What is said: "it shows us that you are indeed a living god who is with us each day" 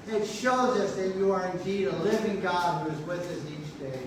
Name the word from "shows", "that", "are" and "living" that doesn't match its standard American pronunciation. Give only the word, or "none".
none